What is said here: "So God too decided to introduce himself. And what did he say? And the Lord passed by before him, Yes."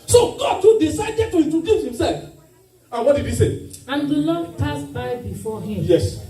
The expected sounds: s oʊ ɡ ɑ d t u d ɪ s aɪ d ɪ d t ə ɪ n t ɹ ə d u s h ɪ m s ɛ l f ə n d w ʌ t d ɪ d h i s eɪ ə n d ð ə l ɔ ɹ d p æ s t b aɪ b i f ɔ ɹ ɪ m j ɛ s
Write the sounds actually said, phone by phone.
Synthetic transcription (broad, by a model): s oʊ ɡ ɑ d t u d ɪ s aɪ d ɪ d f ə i t ə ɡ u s h ɪ m s ɛ l f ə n w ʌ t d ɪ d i s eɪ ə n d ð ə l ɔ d p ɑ s b aɪ b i f ɔ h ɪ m j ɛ s